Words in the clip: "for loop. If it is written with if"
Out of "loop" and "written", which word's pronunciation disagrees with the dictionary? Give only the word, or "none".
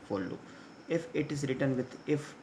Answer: loop